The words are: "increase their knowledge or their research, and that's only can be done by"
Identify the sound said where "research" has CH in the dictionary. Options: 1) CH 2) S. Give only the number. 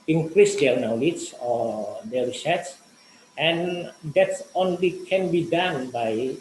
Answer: 2